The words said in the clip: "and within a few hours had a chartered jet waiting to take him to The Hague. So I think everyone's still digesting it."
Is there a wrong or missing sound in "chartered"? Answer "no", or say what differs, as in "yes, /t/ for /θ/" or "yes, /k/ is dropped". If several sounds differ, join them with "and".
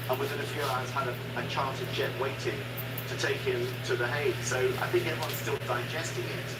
yes, /l/ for /ɹ/